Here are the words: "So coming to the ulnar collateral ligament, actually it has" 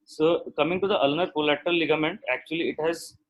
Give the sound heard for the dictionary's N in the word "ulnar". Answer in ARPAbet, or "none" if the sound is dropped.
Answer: N